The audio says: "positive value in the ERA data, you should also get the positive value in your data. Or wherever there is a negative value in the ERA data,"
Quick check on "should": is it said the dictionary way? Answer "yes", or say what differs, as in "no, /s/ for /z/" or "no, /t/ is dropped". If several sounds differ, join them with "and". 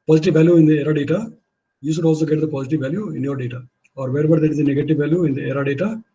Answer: no, /s/ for /ʃ/